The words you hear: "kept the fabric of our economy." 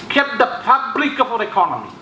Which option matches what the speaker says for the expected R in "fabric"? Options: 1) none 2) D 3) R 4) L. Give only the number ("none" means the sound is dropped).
4